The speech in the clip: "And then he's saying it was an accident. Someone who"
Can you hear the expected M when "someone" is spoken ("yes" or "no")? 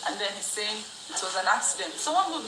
no